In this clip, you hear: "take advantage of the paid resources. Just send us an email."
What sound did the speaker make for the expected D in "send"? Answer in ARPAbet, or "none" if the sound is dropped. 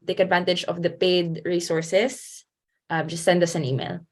D